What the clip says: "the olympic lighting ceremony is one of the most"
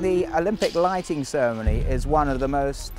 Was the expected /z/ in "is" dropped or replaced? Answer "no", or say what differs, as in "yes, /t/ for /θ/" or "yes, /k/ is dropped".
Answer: no